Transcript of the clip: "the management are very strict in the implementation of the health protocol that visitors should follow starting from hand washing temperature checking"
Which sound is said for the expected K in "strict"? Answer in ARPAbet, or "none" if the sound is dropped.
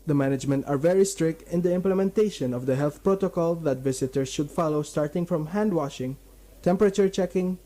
K